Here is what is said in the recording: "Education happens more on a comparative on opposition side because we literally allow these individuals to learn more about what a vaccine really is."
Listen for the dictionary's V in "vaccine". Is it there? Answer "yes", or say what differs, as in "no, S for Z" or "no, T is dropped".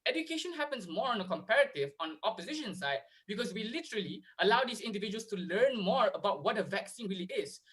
yes